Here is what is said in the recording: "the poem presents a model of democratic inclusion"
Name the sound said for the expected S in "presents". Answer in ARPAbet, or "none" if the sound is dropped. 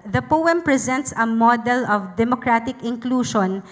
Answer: S